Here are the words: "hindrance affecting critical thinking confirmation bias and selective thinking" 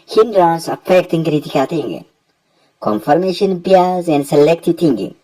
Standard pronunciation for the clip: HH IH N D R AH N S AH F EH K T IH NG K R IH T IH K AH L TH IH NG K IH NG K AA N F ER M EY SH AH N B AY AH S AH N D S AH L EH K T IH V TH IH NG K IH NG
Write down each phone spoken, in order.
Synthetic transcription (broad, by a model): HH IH N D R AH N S AH F EH K T IH NG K R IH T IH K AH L T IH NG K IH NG K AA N F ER M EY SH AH N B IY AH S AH N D S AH L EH K T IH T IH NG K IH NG